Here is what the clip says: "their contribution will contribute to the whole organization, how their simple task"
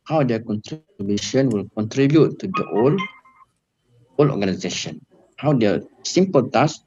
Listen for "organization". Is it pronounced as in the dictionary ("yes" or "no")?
no